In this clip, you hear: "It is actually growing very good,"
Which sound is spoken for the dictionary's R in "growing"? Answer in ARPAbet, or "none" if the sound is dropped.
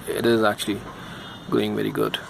none